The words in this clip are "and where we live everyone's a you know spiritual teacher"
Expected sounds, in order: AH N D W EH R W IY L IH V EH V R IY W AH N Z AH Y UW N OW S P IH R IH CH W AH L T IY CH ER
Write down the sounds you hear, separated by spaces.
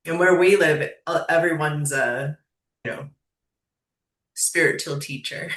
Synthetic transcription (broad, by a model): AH N W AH R W IY L IH V EH V R IY W AH N Z AH Y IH N OW S P IH R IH CH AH L T IY CH ER